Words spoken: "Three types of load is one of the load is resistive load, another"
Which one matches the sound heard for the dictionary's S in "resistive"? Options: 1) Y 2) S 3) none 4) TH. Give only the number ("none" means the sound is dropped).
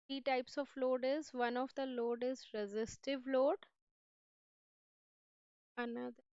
2